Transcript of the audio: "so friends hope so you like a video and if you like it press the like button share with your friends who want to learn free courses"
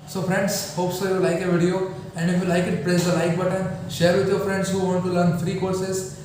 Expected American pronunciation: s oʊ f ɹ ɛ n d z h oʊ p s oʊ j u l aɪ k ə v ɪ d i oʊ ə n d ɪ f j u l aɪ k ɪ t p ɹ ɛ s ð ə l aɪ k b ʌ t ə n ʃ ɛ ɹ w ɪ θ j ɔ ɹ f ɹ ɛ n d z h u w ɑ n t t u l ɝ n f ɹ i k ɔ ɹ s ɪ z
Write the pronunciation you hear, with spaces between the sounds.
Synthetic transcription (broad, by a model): s oʊ f ɹ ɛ n d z h oʊ p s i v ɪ l aɪ k ə v ɪ d i oʊ ə n d ɪ f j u l aɪ k ɪ t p ɹ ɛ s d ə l aɪ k b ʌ t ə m ʃ ɛ ɹ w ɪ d j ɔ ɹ f ɹ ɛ n d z h u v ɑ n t t u l ɝ n f ɹ i k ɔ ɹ s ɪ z